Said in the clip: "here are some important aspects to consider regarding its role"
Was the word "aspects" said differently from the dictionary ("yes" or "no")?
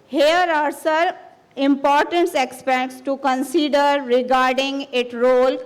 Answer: yes